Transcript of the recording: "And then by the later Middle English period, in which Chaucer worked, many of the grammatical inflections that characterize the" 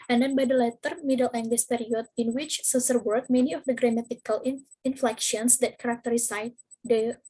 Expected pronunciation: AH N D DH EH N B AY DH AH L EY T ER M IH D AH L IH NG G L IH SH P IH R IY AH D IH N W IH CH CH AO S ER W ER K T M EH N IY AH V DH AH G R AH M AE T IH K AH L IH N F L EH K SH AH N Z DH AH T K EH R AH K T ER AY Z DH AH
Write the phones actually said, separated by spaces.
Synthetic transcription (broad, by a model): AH N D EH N B AY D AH L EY T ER M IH D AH L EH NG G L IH S P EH R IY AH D IH N W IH CH S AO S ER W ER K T M EH N IY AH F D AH G R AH M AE T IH K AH L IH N F L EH K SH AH N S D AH T K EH R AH K T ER AY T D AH